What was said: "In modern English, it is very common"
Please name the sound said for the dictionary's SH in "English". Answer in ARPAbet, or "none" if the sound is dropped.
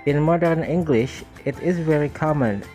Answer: SH